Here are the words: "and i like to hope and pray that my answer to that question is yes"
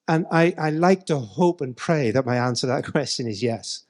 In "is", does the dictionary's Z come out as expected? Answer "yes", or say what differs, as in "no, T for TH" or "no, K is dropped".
yes